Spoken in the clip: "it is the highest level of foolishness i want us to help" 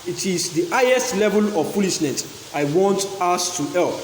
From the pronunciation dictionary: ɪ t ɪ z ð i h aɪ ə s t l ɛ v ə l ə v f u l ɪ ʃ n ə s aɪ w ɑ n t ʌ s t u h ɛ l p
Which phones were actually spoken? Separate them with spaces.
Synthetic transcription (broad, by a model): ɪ t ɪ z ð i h aɪ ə s t l ɛ v ə l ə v p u l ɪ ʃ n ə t aɪ w ɑ n t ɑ s t u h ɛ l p